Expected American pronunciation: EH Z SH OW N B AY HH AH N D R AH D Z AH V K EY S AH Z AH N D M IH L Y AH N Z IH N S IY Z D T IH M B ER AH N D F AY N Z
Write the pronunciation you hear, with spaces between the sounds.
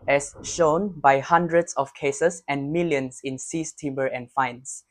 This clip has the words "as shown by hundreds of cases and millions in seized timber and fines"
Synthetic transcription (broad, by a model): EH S SH OW N B AY HH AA N D R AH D S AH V K EY S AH S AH N M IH L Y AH N S IH N S IY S T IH M B ER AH N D F AY N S